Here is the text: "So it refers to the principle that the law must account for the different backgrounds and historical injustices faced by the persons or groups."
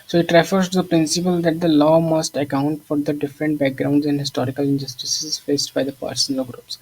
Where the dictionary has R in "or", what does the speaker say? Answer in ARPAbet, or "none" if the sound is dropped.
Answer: L